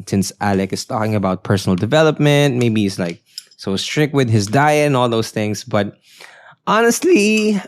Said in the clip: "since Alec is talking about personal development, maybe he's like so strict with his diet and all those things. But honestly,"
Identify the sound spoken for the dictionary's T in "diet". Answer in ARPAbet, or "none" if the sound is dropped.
none